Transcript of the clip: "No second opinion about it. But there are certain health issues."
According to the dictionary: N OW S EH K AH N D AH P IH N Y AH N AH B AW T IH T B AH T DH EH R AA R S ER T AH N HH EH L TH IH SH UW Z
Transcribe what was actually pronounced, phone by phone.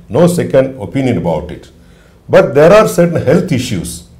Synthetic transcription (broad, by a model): N OW S EH K AH N D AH P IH N Y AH N AH B AW T IH T B AH T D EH R AA R S ER T AH N HH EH L T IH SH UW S